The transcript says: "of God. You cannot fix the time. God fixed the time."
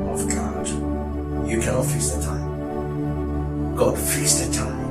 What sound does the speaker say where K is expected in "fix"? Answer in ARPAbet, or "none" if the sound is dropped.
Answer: none